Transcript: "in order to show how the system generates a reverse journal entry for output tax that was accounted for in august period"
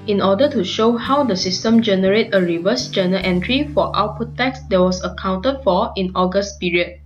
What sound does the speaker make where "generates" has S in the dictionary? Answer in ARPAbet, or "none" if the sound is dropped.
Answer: none